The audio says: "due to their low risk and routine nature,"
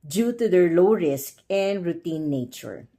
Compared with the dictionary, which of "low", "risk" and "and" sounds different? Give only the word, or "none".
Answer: none